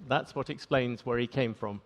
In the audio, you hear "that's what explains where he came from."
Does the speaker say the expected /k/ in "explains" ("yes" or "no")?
yes